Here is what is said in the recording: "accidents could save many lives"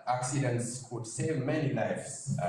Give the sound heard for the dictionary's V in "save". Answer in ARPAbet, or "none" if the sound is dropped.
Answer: V